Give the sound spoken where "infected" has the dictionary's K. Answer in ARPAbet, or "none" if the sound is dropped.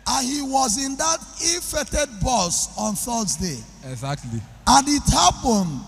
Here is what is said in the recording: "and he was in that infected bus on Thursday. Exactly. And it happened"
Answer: none